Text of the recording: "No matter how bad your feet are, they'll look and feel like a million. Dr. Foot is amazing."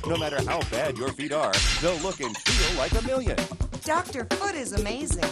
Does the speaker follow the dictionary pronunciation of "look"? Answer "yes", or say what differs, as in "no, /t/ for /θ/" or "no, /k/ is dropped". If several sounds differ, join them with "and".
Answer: yes